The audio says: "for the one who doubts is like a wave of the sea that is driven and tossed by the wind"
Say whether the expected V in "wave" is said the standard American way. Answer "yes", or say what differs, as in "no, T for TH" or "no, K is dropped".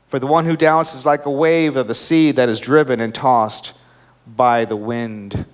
yes